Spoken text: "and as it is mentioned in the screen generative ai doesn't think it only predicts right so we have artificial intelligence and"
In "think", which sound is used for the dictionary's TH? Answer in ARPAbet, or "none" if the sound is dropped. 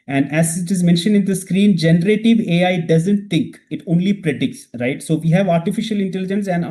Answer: T